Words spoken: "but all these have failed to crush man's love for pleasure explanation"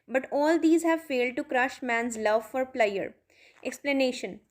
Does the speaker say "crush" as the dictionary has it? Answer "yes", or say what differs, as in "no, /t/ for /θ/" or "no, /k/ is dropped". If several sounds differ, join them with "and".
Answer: yes